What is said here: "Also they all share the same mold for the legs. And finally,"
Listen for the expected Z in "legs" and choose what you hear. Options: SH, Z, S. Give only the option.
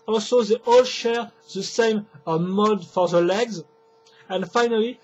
Z